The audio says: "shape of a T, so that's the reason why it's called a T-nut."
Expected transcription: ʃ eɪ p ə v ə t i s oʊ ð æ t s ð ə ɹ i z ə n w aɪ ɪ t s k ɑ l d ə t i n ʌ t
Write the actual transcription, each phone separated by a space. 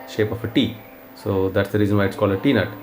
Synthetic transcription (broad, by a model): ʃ eɪ p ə f ə t i s oʊ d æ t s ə ɹ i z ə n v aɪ ɪ t s k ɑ l ə t i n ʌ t